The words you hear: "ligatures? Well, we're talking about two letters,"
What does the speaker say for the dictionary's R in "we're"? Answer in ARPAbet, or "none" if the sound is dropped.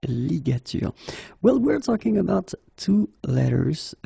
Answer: R